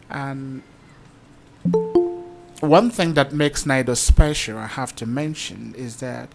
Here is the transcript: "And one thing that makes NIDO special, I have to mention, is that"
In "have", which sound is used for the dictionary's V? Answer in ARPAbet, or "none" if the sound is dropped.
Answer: F